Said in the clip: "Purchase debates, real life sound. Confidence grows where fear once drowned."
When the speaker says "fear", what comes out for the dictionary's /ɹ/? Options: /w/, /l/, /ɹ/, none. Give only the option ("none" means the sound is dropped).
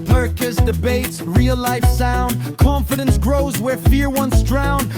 /ɹ/